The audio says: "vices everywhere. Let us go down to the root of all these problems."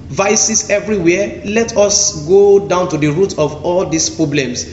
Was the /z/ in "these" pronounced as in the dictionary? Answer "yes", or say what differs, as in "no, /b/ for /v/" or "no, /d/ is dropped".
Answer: no, /s/ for /z/